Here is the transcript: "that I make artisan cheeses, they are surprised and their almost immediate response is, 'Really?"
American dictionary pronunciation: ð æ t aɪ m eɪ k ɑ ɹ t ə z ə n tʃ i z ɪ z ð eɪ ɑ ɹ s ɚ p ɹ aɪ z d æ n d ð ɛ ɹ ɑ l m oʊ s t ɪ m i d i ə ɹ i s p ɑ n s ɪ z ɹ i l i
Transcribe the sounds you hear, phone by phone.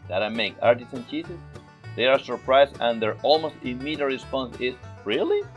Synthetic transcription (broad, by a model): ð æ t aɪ m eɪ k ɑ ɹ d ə s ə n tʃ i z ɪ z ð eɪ ɑ ɹ s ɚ p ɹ aɪ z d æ n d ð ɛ ɹ ɑ l m oʊ s t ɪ m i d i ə ɹ i s p ɑ n s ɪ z ɹ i l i